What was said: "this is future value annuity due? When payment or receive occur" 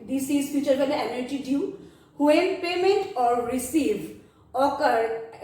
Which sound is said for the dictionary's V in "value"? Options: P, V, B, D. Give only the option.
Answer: B